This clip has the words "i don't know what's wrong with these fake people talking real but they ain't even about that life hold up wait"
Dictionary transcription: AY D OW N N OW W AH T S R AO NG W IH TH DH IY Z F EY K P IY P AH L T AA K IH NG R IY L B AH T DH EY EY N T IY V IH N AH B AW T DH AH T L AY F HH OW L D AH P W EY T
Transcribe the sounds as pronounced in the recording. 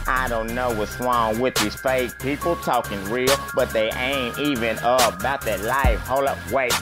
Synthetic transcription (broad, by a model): AY D OW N N OW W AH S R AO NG W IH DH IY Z F EY K P IY P L T AA K IH NG R IY L B AH T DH EY EY N T IY V IH N AH B AW T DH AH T L AY F HH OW L AH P W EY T